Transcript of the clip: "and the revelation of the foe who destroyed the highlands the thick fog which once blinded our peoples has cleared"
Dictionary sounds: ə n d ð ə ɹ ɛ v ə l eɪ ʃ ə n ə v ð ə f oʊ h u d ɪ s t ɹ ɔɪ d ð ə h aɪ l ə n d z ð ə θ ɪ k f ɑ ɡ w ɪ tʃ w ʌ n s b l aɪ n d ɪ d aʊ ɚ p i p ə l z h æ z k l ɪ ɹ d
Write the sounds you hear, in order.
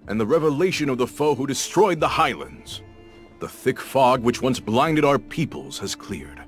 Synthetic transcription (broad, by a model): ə n ð ə ɹ ɛ v ə l eɪ ʃ ə n ə v ð ə f oʊ h u d ɪ s t ɹ ɔɪ d ð ə h aɪ l ə n d z ð ə θ ɪ k f ɑ ɡ w ɪ tʃ w ʌ n s b l aɪ n d ɪ d aʊ ɚ p i p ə l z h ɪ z k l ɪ ɹ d